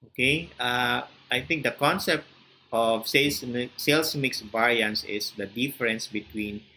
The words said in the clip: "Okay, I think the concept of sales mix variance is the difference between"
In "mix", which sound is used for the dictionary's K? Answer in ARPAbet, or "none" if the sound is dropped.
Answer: K